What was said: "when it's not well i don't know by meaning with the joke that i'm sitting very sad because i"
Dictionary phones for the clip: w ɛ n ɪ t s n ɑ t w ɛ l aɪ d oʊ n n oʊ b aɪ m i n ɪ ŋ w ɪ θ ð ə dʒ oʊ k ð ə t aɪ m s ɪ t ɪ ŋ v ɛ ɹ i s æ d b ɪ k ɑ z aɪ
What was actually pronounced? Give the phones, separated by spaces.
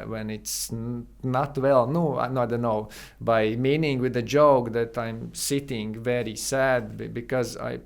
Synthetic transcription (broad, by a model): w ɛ n ɪ t s n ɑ t w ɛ l aɪ d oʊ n n oʊ b aɪ m i n ɪ ŋ w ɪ ð ə dʒ oʊ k ð ə t aɪ m s ɪ t ɪ ŋ v ɛ ɹ i s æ d b ɪ k ɑ z aɪ